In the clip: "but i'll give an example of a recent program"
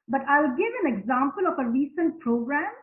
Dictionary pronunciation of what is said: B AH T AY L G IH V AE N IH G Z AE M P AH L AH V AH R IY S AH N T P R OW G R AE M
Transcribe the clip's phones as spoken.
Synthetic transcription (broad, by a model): B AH T AY L G IH V AE N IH G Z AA M P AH L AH F AH R IY S AH N T P R OW G R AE M